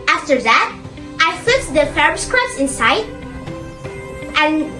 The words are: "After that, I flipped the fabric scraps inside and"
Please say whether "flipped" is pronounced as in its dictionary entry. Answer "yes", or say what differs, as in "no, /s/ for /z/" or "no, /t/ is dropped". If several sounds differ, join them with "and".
no, /p/ is dropped